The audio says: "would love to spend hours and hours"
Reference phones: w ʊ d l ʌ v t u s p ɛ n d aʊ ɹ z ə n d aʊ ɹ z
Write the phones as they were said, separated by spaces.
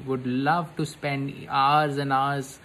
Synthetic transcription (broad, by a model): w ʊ d l ʌ v t u s p ɛ n d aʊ ɹ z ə n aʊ ɹ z